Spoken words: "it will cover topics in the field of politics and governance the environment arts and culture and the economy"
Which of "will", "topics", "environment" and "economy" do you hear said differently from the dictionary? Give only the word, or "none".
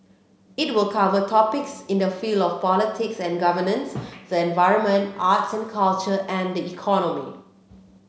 none